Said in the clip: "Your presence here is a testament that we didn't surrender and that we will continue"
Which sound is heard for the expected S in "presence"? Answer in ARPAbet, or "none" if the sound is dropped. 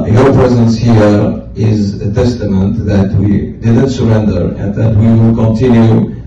S